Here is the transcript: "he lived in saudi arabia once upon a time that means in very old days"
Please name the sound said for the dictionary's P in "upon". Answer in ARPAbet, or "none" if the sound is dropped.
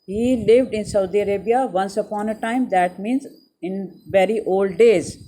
P